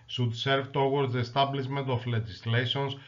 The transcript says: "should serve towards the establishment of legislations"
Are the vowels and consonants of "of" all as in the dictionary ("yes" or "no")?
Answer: no